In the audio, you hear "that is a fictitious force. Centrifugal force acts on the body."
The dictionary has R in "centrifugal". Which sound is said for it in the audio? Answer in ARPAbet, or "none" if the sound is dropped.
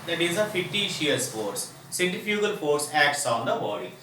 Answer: none